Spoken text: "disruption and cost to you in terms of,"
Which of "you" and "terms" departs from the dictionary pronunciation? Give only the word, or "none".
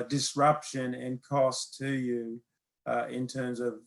none